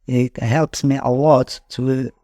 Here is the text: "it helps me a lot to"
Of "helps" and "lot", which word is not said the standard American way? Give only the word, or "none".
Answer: lot